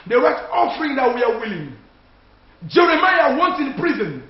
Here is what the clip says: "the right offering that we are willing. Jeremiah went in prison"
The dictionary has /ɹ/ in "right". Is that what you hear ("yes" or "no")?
no